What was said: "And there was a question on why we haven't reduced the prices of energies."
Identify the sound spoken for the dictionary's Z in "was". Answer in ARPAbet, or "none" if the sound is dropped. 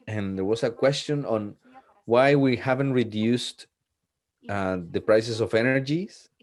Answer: S